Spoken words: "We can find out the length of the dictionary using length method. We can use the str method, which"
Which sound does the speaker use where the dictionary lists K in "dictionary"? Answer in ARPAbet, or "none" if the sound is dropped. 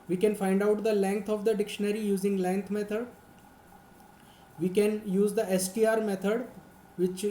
K